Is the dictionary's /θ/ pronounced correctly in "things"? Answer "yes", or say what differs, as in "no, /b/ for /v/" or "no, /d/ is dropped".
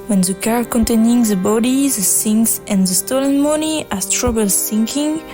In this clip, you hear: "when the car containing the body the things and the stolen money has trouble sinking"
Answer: no, /s/ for /θ/